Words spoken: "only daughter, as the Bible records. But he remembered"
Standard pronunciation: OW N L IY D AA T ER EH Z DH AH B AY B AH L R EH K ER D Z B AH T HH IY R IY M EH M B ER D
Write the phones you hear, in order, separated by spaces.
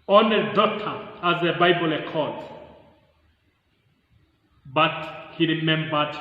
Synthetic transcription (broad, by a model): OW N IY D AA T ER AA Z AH B AY B AH L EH K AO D B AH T HH IY R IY M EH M B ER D